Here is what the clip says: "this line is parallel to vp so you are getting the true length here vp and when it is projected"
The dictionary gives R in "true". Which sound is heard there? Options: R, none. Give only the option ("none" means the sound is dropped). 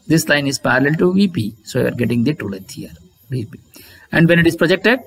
none